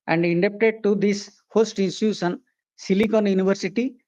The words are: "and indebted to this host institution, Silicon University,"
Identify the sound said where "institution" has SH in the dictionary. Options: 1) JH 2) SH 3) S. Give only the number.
3